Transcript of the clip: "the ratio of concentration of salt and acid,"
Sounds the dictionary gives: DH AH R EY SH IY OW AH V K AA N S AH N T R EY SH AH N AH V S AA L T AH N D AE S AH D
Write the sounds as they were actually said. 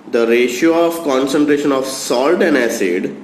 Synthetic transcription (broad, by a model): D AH R EY SH IY OW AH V K AA N S AH N T R EY SH AH N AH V S AA L T AH N D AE S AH D